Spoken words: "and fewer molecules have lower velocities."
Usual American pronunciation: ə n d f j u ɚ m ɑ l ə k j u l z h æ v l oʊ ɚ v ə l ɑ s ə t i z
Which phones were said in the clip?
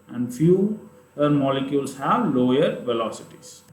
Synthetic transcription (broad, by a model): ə n d f j u ɚ m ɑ l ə k j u l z h æ v l oʊ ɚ v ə l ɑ s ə t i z